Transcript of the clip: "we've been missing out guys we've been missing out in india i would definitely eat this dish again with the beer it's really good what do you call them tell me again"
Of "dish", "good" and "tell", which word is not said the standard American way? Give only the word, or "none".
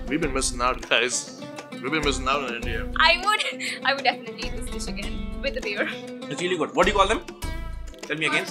dish